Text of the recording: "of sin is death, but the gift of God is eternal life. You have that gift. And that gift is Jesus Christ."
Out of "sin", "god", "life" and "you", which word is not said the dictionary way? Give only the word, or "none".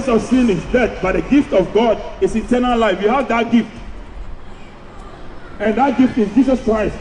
none